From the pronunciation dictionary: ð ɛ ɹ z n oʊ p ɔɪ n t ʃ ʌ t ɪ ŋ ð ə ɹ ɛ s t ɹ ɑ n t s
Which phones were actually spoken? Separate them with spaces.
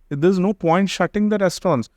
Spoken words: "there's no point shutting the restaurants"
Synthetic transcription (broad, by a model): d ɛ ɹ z n oʊ p ɔɪ n t ʃ ʌ t ɪ ŋ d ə ɹ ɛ s t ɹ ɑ n s